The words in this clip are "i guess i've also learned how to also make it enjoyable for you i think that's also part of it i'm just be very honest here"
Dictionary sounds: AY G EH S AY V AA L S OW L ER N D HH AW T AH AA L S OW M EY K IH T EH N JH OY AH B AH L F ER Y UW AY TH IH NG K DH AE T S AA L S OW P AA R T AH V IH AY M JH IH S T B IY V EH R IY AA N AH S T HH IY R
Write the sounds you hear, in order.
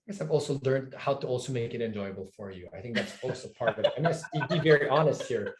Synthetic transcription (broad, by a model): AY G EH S AY V AA L S OW L ER N D HH AW T AH AA L S OW M EY K IH T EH N JH OY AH B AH L F ER Y UW AY TH IH NG K DH AE T S AA L S OW P AA R T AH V IH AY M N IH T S B IY V EH R IY AA N AH S T HH IY R